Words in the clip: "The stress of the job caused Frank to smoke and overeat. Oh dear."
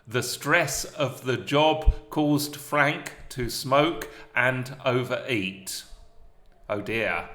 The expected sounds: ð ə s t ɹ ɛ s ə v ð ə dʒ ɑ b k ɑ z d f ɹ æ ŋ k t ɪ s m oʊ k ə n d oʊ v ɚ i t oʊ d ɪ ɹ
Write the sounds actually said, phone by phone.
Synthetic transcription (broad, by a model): ð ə s t ɹ ɛ s ə v ð ə dʒ ɑ b k ɑ z d f ɹ æ ŋ k t ɪ s m oʊ k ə n oʊ v ɚ i t oʊ d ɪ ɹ